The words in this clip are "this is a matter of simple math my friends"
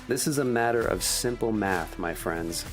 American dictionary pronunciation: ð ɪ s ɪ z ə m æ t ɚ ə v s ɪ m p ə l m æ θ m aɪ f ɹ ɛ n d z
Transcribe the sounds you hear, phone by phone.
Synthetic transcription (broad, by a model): ð ɪ s ɪ z ə m æ t ɚ ə v s ɪ m p l m æ θ m aɪ f ɹ ɛ n d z